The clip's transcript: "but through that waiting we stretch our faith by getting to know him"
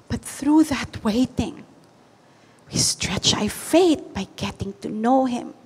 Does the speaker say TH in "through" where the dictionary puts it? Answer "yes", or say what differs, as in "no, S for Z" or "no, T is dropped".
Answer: yes